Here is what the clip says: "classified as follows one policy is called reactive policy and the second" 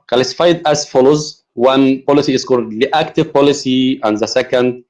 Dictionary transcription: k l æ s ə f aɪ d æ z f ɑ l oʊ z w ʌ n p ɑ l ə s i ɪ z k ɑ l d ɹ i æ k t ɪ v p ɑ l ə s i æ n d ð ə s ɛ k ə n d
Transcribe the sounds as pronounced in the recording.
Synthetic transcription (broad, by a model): k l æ s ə f aɪ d æ z f ɑ l oʊ z w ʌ n p ɑ l ə s i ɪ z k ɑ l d l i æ k t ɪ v p ɑ l ə s i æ n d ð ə s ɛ k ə n d